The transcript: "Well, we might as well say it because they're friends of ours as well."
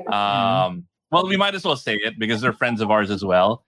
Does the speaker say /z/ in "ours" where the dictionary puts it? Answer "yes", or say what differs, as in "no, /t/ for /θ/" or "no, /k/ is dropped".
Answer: yes